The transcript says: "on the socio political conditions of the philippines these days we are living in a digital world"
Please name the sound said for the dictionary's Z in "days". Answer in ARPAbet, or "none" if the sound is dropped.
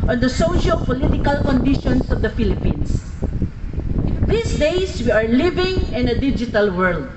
S